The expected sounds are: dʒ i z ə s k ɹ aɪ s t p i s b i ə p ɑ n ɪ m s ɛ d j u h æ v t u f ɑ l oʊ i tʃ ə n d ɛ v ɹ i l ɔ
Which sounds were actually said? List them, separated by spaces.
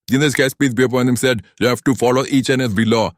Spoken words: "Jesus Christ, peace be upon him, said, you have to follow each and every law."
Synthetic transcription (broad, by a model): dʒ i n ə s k aɪ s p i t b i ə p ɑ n ɪ m s ɛ d j u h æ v t u f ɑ l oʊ i tʃ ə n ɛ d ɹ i l ɔ